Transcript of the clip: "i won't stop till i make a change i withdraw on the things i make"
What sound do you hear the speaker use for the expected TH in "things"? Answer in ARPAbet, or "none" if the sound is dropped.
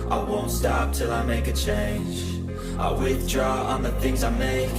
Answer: TH